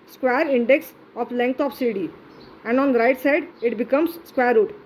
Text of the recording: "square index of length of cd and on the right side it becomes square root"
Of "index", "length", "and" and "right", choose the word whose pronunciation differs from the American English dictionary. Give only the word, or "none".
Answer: length